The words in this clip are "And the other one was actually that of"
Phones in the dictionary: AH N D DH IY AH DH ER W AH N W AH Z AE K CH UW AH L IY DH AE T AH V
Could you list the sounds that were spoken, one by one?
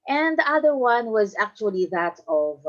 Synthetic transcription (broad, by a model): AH N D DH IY AH DH ER W AH N W AH Z AE K CH UW AH L IY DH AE T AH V